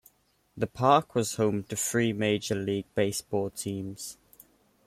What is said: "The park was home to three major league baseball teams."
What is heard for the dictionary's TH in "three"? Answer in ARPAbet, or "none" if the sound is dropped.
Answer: F